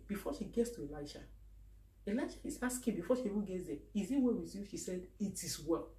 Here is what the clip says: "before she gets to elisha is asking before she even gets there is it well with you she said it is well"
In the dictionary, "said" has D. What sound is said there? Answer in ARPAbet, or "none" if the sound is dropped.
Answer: D